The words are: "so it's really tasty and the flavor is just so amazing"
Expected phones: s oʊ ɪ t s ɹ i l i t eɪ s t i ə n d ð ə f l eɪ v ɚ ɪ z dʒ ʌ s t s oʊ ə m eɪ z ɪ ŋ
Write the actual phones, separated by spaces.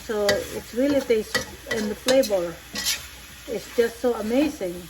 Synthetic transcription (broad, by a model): s oʊ ɪ t s ɹ i l i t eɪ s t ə n ð ə p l eɪ b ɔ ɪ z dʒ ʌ s t s oʊ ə m eɪ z ɪ ŋ